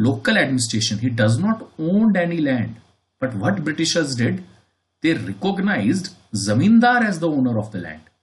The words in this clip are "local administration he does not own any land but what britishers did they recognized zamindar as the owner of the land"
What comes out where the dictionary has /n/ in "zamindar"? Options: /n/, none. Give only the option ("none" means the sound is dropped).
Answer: /n/